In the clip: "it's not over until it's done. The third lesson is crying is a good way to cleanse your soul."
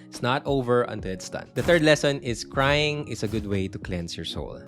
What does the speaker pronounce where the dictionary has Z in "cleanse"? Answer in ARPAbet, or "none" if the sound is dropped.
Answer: S